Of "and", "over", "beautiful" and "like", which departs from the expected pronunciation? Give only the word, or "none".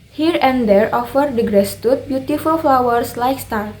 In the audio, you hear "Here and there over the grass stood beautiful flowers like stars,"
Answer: over